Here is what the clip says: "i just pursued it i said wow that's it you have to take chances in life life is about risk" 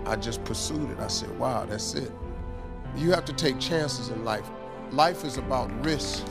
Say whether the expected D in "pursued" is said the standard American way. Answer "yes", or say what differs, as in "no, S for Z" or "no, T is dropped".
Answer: yes